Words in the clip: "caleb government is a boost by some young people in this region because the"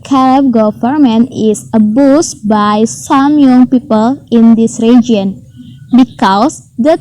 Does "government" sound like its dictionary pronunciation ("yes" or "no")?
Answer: no